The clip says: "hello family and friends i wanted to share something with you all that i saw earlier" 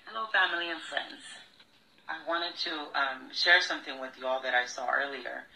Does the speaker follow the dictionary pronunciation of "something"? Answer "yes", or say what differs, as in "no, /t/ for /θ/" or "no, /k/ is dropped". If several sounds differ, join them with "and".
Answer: yes